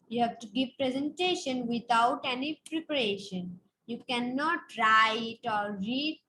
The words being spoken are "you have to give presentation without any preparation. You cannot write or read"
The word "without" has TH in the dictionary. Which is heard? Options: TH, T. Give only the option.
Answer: T